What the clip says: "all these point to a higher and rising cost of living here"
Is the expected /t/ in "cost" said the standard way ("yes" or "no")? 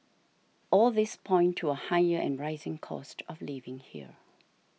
yes